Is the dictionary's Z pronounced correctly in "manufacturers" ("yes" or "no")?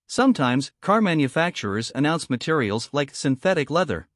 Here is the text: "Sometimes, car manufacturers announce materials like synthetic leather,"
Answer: yes